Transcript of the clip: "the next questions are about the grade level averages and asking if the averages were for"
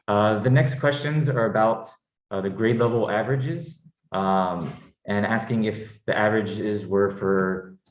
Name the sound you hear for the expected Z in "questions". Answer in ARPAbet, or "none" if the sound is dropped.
Z